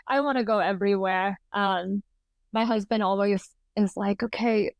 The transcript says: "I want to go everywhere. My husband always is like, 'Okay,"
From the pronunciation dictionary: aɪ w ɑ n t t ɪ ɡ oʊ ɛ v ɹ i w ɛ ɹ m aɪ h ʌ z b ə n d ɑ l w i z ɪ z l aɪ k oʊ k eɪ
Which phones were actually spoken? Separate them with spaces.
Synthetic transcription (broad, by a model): aɪ w ɑ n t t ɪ ɡ oʊ ɛ v ɹ i w ɛ ɹ m aɪ h ʌ z b ə n d ɑ l w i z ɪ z l aɪ k oʊ k eɪ